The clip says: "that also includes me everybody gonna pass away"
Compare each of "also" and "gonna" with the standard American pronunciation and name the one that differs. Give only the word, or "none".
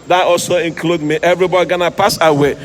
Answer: none